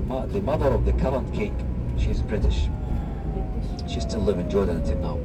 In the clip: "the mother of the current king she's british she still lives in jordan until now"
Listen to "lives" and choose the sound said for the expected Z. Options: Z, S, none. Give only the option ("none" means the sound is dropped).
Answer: none